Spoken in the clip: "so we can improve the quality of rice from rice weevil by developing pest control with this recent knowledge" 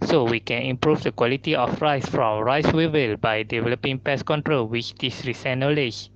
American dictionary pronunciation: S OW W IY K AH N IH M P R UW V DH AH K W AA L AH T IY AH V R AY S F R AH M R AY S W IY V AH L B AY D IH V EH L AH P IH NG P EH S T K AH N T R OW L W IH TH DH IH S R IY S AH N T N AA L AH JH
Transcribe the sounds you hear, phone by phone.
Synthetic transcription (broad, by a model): S OW W IY K AH N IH M P R UW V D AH K W AA L AH T IY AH F R AY S F R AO M R AY S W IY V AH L B AY D IH V EH L AH P IH NG P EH S K AH N T R OW L W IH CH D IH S R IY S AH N N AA L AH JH